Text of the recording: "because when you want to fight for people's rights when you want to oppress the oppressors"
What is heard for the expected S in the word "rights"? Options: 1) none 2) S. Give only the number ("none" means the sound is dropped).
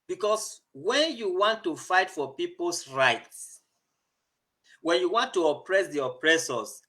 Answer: 2